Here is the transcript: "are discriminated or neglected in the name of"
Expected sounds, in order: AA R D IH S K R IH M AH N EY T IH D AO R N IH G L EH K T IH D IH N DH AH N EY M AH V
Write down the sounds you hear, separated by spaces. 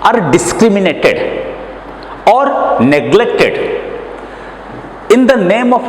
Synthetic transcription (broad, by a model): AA R D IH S K R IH M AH N EY T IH D AO R N IH G L EH K T IH D IH N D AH N EY M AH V